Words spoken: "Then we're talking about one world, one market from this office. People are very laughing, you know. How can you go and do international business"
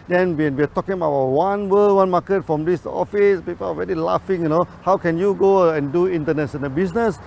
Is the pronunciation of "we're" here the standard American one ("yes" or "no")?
no